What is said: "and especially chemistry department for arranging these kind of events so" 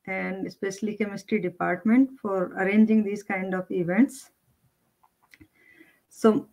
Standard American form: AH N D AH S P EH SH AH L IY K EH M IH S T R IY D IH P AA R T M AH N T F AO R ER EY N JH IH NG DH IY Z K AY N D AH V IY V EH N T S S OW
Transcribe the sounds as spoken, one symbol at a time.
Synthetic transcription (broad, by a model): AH N D AH S P EH SH AH L IY K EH M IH S T R IY D IH P AA R T M AH N T F AO R ER EY N JH IH NG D IY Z K AY N D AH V IY V EH N T S S OW